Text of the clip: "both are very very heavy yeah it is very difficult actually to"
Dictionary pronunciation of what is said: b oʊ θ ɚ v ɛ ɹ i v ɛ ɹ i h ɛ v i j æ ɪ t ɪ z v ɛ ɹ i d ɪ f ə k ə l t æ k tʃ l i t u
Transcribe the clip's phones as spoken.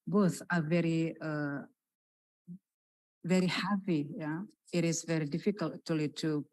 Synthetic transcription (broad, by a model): b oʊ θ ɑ v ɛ ɹ i v ɛ ɹ i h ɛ p i j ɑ ɪ t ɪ s v ɛ ɹ i d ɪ f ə k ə l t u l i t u